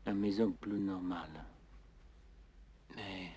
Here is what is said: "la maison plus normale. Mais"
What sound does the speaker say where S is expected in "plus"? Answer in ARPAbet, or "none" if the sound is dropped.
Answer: none